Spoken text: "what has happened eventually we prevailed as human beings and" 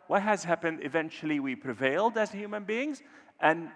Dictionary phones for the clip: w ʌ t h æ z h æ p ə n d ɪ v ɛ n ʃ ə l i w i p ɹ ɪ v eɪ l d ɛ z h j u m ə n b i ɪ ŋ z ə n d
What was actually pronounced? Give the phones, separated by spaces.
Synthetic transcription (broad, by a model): w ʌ t h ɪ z h æ p ə n d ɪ v ɛ n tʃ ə l i w i p ɹ ɪ v eɪ l d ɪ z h j u m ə n b i ɪ ŋ z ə n